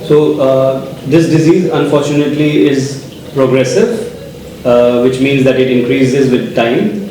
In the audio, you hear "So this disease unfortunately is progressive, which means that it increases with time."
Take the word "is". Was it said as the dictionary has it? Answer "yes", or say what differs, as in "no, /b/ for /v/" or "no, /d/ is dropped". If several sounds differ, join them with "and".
yes